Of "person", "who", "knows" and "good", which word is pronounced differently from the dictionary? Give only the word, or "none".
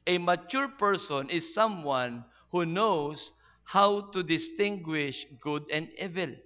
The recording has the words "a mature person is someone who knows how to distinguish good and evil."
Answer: knows